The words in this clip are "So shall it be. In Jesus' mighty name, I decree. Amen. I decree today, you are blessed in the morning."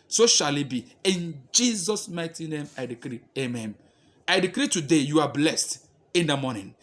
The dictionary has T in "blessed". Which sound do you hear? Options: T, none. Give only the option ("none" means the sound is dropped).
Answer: T